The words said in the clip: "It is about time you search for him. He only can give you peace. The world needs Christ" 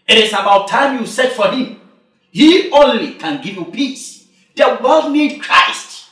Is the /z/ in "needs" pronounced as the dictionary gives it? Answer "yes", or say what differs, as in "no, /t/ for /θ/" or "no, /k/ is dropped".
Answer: no, /z/ is dropped